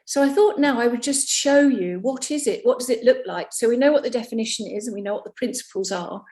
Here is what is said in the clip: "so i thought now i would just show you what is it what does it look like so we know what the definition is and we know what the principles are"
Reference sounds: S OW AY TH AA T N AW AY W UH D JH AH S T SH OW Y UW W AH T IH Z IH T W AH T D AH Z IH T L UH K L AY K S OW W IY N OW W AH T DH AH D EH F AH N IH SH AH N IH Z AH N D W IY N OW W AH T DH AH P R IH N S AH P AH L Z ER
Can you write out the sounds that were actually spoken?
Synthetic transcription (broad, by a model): S OW AY TH AA T N AW AY W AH D JH AH S T SH OW Y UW W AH T IH Z IH T W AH T D AH Z IH T L UH K L AY K S OW W IY N OW W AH T DH AH D EH F AH N IH SH AH N IH Z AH N W IY N OW W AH T DH AH P R IH N S AH P AH L Z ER